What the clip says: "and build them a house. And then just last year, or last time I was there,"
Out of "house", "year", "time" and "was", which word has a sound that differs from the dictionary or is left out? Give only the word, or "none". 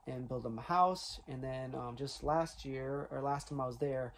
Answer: none